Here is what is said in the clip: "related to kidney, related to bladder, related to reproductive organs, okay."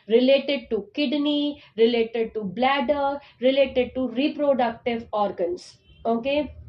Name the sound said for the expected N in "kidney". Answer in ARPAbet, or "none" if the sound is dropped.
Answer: N